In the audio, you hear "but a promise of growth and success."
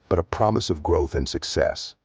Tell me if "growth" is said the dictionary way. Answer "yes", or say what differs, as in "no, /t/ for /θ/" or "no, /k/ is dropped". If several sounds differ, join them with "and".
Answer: yes